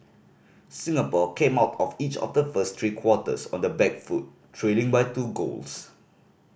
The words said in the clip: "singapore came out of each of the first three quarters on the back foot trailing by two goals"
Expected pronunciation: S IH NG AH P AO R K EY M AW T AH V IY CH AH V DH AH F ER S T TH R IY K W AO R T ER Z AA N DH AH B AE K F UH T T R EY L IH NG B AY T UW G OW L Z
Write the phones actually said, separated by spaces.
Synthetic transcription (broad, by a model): S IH NG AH P AO K EY M AW T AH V IY CH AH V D AH F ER S T R IY K W AO T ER S AA N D AH B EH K F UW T T R EY L IH NG B AY T UW G OW L S